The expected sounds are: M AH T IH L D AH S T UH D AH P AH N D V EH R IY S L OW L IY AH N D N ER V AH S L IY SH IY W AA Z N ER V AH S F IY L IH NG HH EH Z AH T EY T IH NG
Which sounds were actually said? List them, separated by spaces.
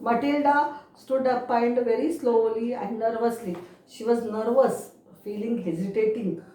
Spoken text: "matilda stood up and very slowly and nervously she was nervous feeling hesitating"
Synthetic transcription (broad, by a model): M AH T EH L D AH S T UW D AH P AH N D V EH R IY S L OW L IY AH N D N ER V AH S L IY SH IY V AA Z N ER V AH S F IY L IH NG HH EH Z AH T EY T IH NG